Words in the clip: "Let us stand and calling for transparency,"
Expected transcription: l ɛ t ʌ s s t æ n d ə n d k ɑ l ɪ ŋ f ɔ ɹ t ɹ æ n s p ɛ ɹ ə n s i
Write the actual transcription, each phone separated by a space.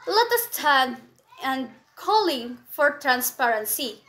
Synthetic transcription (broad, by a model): l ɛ t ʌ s s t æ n ə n k ɑ l ɪ ŋ f ɔ ɹ t ɹ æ n s p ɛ ɹ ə n s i